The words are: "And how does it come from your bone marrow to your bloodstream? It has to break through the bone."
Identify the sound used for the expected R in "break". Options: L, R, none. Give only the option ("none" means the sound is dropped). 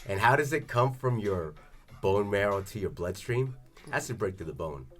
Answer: R